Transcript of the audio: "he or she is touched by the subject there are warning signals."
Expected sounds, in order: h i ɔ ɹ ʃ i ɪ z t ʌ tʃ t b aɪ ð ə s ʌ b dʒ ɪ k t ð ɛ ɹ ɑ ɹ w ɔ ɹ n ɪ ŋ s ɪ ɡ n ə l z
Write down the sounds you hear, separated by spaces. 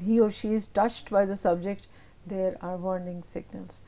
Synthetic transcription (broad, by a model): h i ɔ ɹ ʃ i ɪ z t ʌ tʃ t b aɪ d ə s ʌ b dʒ ɪ k t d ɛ ɹ ɑ ɹ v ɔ ɹ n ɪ ŋ s ɪ ɡ n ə l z